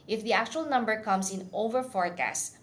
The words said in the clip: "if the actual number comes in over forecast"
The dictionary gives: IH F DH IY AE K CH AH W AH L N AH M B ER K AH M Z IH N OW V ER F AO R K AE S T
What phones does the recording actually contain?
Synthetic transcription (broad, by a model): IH F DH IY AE K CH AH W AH L N AH M B ER K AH M S IH N OW V ER F AO R K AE S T